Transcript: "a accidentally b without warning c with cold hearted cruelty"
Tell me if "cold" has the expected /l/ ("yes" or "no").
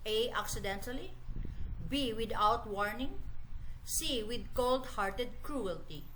yes